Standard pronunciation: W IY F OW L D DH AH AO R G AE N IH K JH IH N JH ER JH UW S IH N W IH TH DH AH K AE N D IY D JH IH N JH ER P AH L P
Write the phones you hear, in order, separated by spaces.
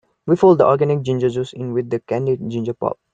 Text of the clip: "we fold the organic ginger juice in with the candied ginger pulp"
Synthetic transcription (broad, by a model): W IY F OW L D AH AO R G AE N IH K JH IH N JH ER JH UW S IH N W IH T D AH K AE N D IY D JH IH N JH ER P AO P